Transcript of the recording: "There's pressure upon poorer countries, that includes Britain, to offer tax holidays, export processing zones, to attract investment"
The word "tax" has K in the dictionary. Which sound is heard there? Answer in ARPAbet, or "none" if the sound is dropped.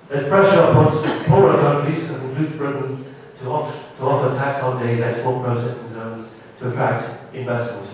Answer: K